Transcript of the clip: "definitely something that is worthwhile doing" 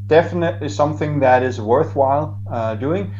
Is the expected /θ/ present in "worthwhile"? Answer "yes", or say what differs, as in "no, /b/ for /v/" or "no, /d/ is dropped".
yes